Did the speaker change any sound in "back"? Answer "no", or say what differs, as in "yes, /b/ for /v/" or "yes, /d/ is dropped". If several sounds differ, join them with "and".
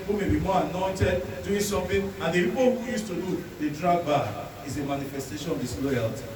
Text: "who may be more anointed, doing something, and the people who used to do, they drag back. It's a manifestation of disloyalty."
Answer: yes, /k/ is dropped